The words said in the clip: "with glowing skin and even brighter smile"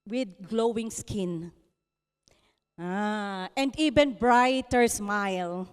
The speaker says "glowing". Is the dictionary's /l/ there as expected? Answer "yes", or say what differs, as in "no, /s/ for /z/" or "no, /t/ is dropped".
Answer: yes